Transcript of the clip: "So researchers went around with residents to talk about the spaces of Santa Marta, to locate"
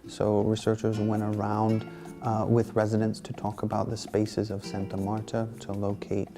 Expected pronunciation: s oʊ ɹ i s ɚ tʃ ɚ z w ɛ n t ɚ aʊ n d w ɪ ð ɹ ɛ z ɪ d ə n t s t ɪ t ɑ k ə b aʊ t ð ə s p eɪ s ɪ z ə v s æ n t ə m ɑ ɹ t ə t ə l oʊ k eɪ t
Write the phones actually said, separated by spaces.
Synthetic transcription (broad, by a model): s oʊ ɹ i s ɚ tʃ ɚ z w ɛ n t ɚ aʊ n d w ɪ ð ɹ ɛ z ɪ d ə n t s t ɪ t ɑ k ə b aʊ t ð ə s p eɪ s ɪ z ə v s æ n t ə m ɑ ɹ t ə t ə l oʊ k eɪ t